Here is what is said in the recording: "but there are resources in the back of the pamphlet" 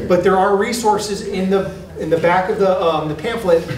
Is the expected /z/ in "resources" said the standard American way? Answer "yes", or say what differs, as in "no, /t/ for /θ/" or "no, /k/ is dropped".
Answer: yes